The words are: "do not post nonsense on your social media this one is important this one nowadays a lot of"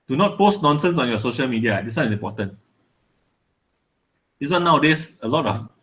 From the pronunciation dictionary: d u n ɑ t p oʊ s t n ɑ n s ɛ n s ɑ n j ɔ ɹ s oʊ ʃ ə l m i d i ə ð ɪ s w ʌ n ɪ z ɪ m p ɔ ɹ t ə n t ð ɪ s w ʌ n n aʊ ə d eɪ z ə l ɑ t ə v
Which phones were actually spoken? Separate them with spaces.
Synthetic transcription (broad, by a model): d u n ɑ t p oʊ s t n ɑ n s ɛ n s ɑ n j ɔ s oʊ ʃ ə l m i d i ə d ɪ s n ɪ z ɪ m p ɔ t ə n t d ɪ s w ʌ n n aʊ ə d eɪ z ə l ɑ t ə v